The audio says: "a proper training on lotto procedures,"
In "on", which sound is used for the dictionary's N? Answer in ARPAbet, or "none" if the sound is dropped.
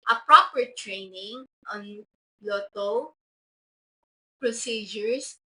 N